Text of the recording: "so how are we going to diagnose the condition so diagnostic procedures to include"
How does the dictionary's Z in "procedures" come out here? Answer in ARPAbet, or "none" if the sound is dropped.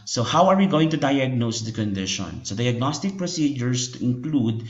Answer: S